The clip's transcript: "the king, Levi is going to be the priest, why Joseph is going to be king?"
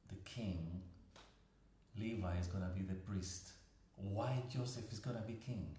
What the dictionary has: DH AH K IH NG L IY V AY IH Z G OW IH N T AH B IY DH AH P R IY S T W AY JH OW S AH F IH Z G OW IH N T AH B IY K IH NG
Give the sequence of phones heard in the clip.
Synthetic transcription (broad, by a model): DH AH K IH NG L IY V AY IH Z G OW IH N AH B IY DH AH P R IY S T W AY JH OW S AH F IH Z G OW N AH B IY K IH NG